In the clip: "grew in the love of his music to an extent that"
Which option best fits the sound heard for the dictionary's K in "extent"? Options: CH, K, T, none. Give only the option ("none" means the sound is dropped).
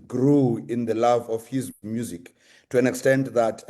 K